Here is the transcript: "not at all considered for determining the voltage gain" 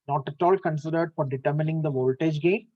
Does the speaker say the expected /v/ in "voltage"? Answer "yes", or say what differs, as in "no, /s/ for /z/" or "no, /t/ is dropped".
yes